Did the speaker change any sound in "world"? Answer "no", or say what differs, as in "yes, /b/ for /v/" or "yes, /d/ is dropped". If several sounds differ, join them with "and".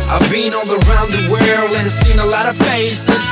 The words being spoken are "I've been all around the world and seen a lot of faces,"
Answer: yes, /d/ is dropped